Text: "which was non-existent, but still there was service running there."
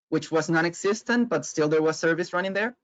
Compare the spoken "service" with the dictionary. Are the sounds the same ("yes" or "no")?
yes